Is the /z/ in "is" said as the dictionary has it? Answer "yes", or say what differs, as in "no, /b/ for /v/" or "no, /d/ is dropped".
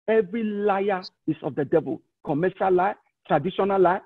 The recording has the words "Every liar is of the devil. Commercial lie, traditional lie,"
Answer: no, /s/ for /z/